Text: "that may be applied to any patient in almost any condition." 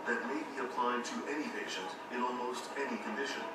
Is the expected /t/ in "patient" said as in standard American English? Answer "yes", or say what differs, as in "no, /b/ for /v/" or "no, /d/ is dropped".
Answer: yes